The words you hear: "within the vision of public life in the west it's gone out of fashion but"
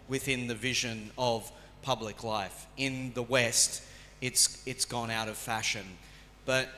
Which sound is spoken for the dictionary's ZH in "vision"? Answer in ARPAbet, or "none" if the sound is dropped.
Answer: ZH